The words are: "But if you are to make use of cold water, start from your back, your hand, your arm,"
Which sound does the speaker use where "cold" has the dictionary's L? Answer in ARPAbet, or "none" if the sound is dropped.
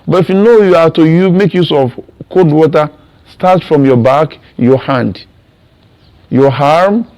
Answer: none